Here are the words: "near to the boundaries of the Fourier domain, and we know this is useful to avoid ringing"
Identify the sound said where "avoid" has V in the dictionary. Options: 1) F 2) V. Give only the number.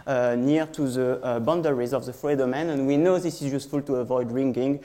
2